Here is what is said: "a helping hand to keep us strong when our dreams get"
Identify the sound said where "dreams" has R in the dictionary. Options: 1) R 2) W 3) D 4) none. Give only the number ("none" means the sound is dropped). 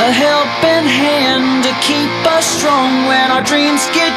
1